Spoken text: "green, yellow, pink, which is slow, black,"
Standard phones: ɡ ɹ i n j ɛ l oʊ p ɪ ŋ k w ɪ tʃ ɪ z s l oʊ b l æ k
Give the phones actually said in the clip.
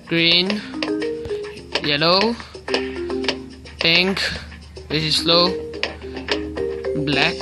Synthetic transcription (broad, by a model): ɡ ɹ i n j ɛ l oʊ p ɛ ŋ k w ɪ s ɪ s l oʊ b l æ k